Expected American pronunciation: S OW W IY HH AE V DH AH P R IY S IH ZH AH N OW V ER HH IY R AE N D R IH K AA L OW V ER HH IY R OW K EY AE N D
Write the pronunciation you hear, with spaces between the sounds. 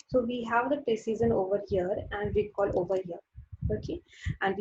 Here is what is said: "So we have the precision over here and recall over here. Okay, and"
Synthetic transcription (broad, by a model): S OW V IY HH AE V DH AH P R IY S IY Z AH N OW V ER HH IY R AE N D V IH K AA L OW V ER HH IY R OW K EY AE N D